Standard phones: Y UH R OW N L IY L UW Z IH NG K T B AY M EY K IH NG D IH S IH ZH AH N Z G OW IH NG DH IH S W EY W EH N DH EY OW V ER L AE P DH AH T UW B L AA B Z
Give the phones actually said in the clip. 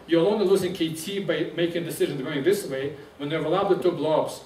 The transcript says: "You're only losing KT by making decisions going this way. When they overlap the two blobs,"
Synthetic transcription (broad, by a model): Y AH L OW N IY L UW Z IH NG K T B AY M EY K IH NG D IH S IH ZH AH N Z G OW IH NG DH IH S W EY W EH N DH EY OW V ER L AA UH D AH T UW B L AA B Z